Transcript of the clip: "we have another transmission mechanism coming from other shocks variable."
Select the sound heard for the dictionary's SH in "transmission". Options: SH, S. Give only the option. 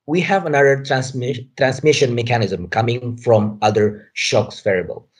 SH